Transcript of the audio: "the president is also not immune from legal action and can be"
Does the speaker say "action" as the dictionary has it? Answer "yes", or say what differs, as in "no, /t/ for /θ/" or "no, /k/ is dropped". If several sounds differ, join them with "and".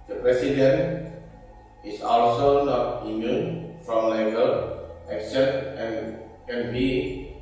no, /s/ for /ʃ/